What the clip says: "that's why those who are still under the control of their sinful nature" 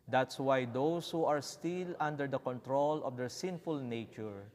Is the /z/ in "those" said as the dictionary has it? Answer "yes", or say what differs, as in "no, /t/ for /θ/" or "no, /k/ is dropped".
no, /s/ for /z/